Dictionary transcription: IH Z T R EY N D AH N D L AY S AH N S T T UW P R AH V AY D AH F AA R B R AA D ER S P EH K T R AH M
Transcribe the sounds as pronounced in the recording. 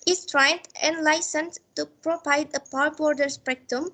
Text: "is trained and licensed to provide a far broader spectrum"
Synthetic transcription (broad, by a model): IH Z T R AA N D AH N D L AY S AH N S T T UW P R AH P AY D AH P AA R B R D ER S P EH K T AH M